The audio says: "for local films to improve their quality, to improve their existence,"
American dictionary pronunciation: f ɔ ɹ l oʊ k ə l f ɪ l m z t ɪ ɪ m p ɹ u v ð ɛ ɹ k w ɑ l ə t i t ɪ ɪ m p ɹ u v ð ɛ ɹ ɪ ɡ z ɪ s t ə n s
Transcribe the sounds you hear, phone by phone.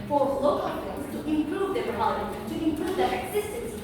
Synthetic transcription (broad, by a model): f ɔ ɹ l oʊ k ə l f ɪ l z t ɪ ɪ m p ɹ u v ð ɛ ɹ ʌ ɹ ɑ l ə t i t ɪ ɪ m p ɹ u v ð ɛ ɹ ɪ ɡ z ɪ s t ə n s